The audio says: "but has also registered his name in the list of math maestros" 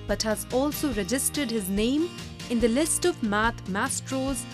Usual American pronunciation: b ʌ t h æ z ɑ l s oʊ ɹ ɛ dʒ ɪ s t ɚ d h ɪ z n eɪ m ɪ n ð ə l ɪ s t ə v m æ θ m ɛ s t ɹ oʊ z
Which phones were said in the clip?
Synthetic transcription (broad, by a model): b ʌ t h æ z ɑ l s oʊ ɹ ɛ dʒ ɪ s t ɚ d h ɪ z n eɪ m ɪ n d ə l ɪ s t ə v m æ t m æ s t ɹ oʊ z